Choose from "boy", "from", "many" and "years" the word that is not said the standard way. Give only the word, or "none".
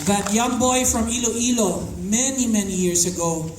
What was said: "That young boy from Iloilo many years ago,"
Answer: years